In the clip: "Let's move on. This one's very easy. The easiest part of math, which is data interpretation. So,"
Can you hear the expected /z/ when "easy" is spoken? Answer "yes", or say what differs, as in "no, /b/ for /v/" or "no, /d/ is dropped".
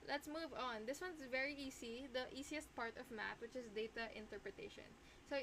no, /s/ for /z/